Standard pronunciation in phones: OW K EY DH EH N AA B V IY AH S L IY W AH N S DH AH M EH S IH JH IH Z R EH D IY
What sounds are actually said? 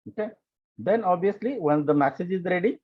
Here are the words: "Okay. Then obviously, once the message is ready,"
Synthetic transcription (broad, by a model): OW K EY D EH N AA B IY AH S L IY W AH N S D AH M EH S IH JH IH Z R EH D IY